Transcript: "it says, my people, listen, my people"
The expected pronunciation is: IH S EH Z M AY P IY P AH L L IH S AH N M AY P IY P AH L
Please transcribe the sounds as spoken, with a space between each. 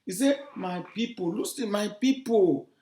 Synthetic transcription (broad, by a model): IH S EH M AY P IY P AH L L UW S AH M AY P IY P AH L